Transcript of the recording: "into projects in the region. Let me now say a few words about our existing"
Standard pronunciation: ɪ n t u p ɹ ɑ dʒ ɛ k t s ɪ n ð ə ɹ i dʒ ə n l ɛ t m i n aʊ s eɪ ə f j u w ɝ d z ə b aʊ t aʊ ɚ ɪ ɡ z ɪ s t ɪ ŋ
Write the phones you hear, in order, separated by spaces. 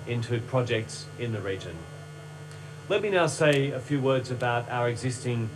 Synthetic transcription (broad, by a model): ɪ n t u p ɹ ɑ dʒ ɛ k t s ɪ n ð ə ɹ i dʒ ə n l ɛ t m i n aʊ s eɪ ə f j u w ɝ d z ə b aʊ t aʊ ɚ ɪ ɡ z ɪ s t ɪ ŋ